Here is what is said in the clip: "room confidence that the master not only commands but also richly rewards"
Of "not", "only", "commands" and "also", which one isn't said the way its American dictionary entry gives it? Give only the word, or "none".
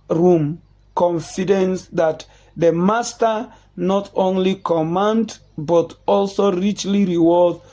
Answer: commands